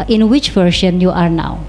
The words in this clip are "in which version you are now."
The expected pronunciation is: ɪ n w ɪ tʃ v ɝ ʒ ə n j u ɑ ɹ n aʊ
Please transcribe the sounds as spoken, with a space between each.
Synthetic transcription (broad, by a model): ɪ n w ɪ tʃ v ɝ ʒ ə n j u ɑ ɹ n aʊ